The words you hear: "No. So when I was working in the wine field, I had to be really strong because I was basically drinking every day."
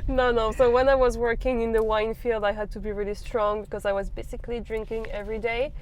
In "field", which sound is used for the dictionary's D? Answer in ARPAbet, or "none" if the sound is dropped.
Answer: D